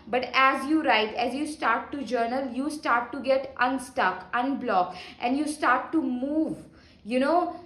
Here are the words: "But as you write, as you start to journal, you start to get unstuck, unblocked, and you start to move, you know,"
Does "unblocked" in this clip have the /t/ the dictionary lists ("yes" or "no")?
yes